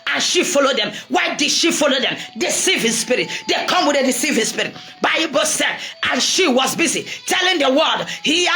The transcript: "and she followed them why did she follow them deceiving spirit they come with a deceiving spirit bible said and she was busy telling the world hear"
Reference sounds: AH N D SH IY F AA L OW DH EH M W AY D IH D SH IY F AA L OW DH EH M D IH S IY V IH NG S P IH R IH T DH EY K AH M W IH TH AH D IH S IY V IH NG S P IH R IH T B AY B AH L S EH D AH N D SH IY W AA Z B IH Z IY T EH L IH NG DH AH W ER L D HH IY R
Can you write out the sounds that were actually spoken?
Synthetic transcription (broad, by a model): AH N SH IY F AA L OW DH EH M W AY D IH D SH IY F AA L OW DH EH M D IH S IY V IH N S P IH R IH T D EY K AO M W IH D AH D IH S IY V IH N S P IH R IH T B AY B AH S EH D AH N SH IY W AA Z B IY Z IY T EH L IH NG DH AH W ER D HH IY